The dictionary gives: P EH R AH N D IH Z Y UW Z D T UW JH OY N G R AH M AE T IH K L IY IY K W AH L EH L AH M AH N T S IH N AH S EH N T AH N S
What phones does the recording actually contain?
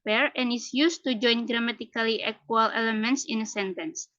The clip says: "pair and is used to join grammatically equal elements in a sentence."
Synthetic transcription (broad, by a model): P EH R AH N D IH S Y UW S T UW JH OY N G R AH M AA T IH K L IY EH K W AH L EH L AH M AH N T S IH N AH S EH N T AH N S